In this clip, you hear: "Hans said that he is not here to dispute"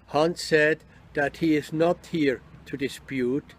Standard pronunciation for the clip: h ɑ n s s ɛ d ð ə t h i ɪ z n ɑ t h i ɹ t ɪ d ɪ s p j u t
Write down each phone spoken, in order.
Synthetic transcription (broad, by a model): h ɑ n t s ɛ d ð ə t h i ɪ z n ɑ t h i ɹ t ɪ d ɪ s p j u t